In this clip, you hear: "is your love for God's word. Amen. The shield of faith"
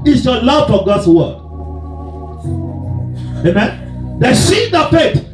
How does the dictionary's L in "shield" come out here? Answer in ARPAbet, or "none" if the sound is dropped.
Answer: none